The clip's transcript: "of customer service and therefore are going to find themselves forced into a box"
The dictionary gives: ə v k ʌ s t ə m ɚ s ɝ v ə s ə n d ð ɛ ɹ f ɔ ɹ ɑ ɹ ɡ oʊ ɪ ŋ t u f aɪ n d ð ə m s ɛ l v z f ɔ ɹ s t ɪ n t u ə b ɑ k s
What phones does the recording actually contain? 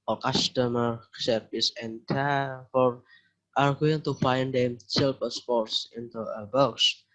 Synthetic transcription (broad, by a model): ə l k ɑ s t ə m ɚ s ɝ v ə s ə n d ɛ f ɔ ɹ ɑ ɹ ɡ oʊ ɪ ŋ t u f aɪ n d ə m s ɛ l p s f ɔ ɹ s ɪ n t u ə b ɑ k s